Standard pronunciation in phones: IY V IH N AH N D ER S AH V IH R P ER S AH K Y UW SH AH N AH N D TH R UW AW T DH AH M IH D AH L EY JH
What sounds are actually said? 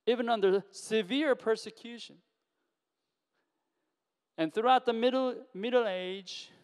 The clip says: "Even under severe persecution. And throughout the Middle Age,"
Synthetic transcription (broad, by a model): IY V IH N AH N D ER S AH V IH R P ER S AH K Y UW SH AH N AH N TH R UW AW T DH AH M IH D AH L EY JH